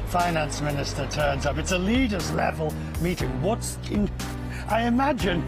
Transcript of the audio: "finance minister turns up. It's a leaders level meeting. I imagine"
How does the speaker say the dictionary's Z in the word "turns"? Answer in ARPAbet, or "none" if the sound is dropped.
Z